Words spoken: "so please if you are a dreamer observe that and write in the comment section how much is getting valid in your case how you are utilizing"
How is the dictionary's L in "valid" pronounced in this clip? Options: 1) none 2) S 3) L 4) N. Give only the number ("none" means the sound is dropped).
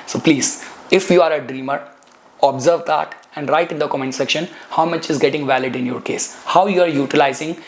3